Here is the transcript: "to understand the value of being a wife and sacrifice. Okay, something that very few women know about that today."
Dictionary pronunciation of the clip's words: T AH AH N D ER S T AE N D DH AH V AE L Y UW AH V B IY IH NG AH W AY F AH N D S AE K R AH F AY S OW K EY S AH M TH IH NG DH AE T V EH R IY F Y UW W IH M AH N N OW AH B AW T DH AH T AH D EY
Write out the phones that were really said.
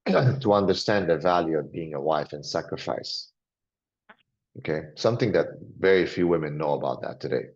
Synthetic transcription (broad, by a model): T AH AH N D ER S T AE N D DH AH V AE L Y UW AH V B IY IH NG AH W AY F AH N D S AE K R AH F AY S OW K EY S AH M TH IH NG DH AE T V EH R IY F Y UW W IH M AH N N OW AH B AW T DH AH T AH D EY